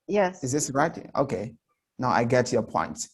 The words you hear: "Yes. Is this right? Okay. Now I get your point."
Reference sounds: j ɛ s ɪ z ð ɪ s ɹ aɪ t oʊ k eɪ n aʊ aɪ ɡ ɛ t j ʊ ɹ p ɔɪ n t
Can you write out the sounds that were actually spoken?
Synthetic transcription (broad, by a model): j ɛ s ɪ z ð ɪ s ɹ aɪ t oʊ k eɪ n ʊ aɪ ɡ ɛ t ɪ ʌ p ɔɪ n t